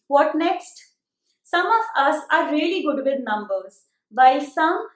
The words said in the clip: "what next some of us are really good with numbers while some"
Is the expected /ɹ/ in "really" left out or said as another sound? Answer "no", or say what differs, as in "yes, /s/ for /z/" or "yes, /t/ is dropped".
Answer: no